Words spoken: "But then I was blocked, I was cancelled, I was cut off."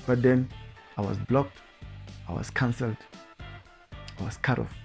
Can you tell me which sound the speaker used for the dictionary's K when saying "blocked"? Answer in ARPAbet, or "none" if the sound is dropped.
K